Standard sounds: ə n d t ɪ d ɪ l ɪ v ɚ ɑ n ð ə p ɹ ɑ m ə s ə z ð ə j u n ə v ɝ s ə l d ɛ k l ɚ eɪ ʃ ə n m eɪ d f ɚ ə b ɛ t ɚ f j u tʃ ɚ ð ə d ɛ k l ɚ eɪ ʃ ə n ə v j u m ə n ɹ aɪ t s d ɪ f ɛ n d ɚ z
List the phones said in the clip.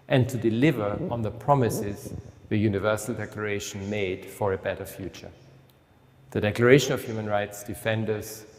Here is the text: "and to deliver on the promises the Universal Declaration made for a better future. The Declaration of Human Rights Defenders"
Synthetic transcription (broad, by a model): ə n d t ɪ d ɪ l ɪ v ɚ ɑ n ð ə p ɹ ɑ m ə s ə z ð ə j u n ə v ɝ s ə l d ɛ k l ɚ eɪ ʃ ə n m eɪ d f ɚ ə b ɛ t ɚ f j u tʃ ɚ ð ə d ɛ k l ɚ eɪ ʃ ə n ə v j u m ə n ɹ aɪ t s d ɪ f ɛ n d ɚ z